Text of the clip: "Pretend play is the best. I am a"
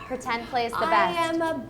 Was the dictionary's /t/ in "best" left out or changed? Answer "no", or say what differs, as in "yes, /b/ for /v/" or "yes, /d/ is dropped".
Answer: yes, /t/ is dropped